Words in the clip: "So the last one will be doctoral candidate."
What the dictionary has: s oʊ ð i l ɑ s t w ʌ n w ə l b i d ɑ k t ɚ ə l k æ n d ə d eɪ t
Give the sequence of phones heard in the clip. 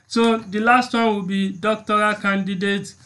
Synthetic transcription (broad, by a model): s oʊ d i l ɑ s t w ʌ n w ə l b i d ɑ k t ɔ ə k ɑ n d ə d eɪ t